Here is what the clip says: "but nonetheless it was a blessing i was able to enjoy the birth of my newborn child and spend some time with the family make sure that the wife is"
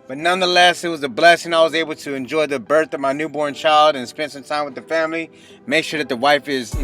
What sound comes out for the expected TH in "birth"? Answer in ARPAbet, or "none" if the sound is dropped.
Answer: TH